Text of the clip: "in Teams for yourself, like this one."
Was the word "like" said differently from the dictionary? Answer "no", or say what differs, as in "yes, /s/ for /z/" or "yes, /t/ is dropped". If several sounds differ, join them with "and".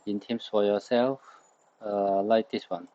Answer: no